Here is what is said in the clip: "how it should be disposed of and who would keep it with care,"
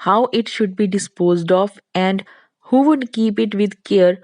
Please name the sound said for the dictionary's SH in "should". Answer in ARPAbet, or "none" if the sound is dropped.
SH